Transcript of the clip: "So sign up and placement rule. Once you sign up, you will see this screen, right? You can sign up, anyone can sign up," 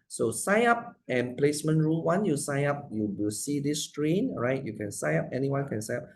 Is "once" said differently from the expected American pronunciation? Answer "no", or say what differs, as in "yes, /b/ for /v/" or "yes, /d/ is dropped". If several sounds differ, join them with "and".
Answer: yes, /s/ is dropped